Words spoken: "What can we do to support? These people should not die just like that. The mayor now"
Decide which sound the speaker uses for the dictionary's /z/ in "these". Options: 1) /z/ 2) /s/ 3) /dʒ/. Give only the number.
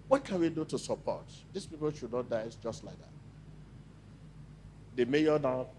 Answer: 2